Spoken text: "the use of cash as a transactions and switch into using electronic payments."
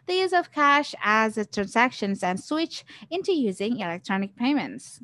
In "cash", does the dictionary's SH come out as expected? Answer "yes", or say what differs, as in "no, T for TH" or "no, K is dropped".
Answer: yes